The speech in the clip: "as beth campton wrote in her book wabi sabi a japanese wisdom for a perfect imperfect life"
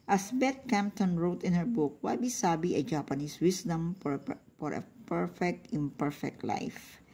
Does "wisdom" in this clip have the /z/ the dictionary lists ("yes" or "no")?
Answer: no